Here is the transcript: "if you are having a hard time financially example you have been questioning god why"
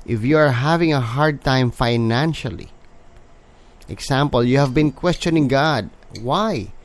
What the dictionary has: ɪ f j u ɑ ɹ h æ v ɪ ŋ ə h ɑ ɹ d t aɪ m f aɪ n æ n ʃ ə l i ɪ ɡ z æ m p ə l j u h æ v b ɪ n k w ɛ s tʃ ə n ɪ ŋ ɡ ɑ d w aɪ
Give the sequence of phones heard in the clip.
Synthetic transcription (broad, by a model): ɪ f j u ɑ ɹ h æ v ɪ ŋ ə h ɑ ɹ d t aɪ m f aɪ n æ n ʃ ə l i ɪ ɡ s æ m p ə l j u h æ v b ɪ n k w ɛ s tʃ ə n ɪ ŋ ɡ ɑ d w aɪ